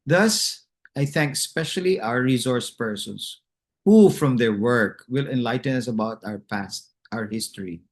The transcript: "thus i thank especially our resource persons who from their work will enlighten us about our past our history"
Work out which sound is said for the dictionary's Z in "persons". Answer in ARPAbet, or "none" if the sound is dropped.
S